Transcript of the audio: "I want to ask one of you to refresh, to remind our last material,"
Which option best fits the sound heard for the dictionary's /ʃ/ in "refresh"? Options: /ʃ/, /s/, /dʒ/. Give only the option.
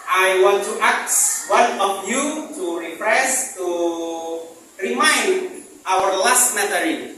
/s/